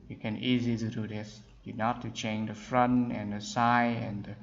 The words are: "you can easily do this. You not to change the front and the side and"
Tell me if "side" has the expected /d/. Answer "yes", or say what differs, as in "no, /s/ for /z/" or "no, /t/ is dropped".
no, /d/ is dropped